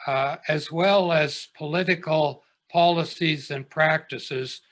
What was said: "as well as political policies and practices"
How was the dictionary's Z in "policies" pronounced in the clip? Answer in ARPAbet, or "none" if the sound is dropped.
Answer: Z